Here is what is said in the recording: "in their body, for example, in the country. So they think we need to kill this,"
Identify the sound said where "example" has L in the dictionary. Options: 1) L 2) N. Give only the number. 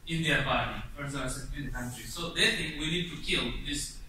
2